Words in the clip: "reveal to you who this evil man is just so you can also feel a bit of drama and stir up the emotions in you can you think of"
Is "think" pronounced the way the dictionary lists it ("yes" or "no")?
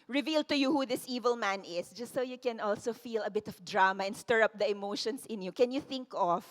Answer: yes